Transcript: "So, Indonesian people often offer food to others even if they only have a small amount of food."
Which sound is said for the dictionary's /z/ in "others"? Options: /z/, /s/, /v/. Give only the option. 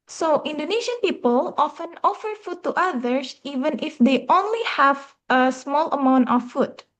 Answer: /s/